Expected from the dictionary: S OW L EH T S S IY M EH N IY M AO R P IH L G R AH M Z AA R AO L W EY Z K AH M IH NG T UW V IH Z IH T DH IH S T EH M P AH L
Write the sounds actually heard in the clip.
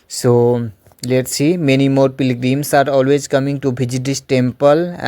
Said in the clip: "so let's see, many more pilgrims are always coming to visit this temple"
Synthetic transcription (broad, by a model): S OW L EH T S S IY M EH N IY M AO R P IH L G R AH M S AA R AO L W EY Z K AH M IH NG T UW B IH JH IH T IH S T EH M P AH L